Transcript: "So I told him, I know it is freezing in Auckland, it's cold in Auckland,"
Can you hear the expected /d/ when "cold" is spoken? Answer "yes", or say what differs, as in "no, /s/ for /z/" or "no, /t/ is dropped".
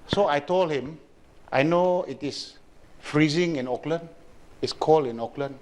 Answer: no, /d/ is dropped